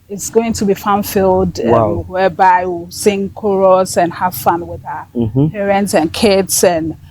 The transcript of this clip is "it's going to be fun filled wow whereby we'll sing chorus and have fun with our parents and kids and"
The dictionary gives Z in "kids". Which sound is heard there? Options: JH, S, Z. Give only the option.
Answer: S